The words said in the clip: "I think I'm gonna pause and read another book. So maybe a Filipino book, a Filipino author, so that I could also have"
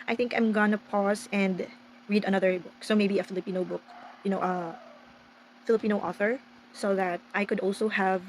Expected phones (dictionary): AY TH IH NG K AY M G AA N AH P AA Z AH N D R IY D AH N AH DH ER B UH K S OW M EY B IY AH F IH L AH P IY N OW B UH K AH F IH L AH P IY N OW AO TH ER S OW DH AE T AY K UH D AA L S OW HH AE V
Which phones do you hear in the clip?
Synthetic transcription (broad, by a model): AY TH IH NG K AY M G AA N AH P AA S AH N D R IY D AH N AH DH ER B UH K S OW M EY B IY AH F IH L AH P IY N OW B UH K AH F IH L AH P IY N OW AO TH ER S OW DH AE T AY K UH D AA L S OW HH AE V